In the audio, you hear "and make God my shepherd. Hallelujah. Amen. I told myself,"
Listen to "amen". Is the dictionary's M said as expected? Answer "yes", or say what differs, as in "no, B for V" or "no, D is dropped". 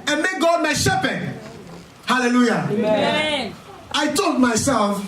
no, M is dropped